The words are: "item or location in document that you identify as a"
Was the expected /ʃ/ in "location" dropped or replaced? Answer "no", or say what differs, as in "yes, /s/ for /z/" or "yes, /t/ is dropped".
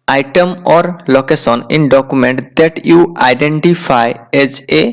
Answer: yes, /s/ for /ʃ/